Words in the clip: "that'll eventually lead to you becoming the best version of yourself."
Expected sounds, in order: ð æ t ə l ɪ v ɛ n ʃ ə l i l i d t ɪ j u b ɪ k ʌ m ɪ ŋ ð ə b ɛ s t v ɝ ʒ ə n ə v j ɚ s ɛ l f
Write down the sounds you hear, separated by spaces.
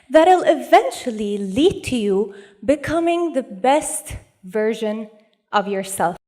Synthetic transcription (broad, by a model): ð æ t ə l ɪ v ɛ n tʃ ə l i l i d t ɪ j u b ɪ k ʌ m ɪ ŋ ð ə b ɛ s t v ɝ ʒ ə n ə v j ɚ s ɛ l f